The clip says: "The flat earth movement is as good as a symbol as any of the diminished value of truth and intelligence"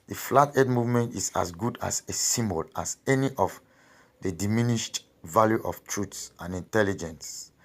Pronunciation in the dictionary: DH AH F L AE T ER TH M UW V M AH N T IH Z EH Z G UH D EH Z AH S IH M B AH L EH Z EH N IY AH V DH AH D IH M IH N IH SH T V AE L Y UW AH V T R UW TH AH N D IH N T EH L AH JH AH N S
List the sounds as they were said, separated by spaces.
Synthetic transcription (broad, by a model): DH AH F L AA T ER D M UW V M AH N T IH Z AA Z G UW D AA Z AH S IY M B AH L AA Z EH N IY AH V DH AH D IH M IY N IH SH T V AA L Y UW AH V T R UW S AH N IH N T EH L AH JH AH N S